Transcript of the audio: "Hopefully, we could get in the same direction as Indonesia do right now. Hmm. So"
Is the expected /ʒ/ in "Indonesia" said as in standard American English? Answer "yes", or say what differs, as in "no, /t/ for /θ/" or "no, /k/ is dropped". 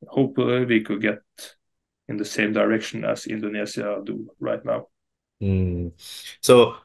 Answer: no, /z/ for /ʒ/